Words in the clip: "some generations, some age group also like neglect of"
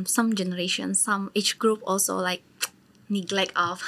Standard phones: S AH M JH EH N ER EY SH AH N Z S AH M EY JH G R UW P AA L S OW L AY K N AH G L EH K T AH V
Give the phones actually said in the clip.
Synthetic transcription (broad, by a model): S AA M JH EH N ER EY SH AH N S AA M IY CH G R UW P AA L S OW L AY K N AH G L EH K T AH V